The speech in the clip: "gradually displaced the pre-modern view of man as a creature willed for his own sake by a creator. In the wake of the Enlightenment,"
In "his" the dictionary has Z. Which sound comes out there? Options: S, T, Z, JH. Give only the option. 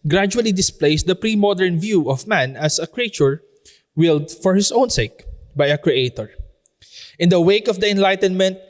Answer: S